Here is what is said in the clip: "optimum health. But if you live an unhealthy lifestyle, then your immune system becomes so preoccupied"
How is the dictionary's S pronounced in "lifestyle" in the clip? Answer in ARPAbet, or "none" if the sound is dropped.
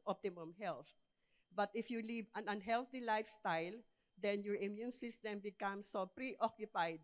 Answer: S